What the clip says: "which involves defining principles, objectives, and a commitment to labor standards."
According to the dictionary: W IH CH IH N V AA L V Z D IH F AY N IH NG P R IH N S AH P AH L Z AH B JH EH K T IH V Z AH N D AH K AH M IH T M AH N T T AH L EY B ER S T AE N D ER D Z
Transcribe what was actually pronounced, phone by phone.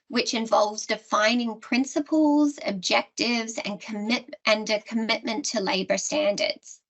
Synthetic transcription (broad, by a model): W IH CH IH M V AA L V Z D IH F AY N IH NG P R IH N S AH P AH L Z AH B JH EH K T IH V Z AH N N AH K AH M IH T M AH N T T AH L EY B ER S T AE N D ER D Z